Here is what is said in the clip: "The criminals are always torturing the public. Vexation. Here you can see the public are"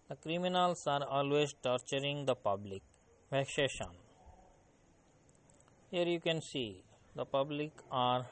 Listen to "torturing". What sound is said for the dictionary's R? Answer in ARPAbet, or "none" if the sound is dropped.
R